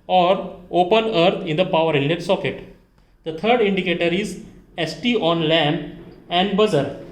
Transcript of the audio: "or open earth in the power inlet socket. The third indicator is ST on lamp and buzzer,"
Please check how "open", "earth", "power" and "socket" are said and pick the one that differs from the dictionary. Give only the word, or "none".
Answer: earth